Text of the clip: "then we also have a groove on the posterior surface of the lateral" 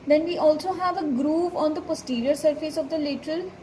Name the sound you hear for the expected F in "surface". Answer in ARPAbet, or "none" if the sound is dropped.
F